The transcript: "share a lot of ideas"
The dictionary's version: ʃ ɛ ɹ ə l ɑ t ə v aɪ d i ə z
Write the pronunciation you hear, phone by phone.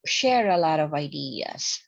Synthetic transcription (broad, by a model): ʃ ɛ ɹ ə l ɑ t ə v aɪ d i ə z